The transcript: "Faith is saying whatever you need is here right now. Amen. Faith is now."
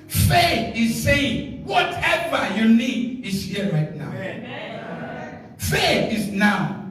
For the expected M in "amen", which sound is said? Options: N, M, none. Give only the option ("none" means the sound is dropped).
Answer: none